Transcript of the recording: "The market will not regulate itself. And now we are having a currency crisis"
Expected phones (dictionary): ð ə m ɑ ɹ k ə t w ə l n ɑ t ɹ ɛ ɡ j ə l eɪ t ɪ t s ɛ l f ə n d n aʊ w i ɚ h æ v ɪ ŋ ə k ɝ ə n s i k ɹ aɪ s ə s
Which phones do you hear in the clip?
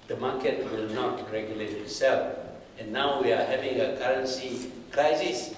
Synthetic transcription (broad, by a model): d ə m ɑ k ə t w ə l n ɑ t ɹ ɛ ɡ j ə l eɪ t ɪ t s ɛ l f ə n n aʊ w i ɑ h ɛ v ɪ ŋ ə k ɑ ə n s i k ɹ aɪ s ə s